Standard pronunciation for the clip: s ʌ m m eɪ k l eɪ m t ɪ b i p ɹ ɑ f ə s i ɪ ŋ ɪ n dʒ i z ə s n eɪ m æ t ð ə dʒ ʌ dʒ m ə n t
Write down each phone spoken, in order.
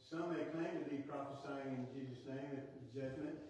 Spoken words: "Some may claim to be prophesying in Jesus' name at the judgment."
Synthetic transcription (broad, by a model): s ʌ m m eɪ k l eɪ m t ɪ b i p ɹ ɑ f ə s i ɪ ŋ ɪ n dʒ i z ə s n eɪ m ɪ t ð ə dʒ ʌ dʒ m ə n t